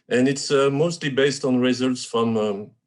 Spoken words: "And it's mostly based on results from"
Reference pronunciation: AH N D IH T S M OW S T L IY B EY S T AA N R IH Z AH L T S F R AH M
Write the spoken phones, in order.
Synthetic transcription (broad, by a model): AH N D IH T S M OW S T L IY B EY S T AA N R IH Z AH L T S F R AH M